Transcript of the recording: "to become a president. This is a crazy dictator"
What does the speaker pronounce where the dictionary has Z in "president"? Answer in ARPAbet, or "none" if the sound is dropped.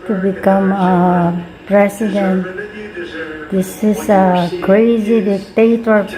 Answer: S